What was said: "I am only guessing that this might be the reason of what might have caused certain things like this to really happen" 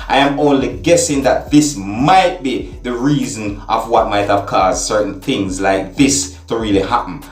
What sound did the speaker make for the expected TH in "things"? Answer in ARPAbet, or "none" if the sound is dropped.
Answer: TH